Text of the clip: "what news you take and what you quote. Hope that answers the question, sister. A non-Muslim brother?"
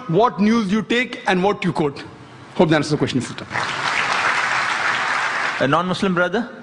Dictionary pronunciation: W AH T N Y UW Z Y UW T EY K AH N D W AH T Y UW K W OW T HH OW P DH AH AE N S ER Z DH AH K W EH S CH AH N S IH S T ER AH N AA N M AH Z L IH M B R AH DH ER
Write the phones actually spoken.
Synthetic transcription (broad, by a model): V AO T N Y UW Z Y UW T EY K AH N D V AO T Y UW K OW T HH OW P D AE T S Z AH K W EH SH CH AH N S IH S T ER AH N AA N M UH S L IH M B R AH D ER